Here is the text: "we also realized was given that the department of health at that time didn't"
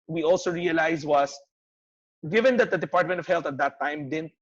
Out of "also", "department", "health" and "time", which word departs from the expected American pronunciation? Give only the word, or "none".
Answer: health